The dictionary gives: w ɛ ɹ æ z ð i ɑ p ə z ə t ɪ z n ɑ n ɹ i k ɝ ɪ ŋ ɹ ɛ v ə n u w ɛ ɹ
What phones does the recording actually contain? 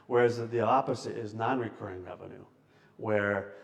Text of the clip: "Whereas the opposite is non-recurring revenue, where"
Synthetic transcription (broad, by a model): w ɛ ɹ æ z ð i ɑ p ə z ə t ɪ z n ɑ n ɹ i k ɝ ɪ ŋ ɹ ɛ v ə n u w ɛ ɹ